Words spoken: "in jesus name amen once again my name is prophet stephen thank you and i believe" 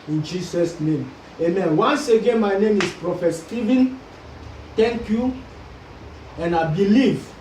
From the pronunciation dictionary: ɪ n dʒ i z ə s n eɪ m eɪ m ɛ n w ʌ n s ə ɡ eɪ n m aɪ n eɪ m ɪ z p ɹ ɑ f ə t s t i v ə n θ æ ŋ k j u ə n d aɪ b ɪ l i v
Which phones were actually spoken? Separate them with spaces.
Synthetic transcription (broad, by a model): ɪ n dʒ i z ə s n eɪ m eɪ m ɛ n w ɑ n s ə ɡ eɪ n m aɪ n eɪ m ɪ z p ɹ ɑ f ə t s t i v ə n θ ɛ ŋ k j u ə n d aɪ b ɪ l i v